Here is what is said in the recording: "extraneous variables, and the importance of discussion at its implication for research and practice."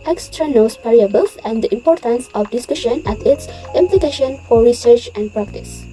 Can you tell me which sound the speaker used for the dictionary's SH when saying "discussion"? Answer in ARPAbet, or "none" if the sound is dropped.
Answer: SH